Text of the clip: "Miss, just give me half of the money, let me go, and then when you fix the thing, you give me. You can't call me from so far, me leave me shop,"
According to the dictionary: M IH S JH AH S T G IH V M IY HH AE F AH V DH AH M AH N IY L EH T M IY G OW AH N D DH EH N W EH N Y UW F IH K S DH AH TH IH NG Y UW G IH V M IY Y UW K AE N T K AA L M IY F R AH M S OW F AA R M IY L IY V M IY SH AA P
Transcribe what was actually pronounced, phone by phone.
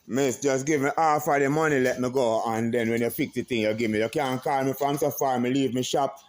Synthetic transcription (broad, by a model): M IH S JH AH S G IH V M IY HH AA F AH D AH M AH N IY L EH T M IY G OW AH N D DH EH N W EH N Y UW P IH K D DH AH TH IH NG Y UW G IH V M IY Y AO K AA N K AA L M IY F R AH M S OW F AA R M IY L IY V M IY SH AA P